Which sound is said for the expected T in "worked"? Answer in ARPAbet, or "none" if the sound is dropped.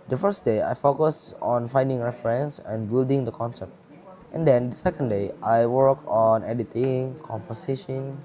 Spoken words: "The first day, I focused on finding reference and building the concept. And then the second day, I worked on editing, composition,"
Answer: none